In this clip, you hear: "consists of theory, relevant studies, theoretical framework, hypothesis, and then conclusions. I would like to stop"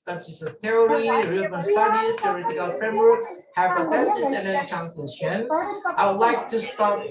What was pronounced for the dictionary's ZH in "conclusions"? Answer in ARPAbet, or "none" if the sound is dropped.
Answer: S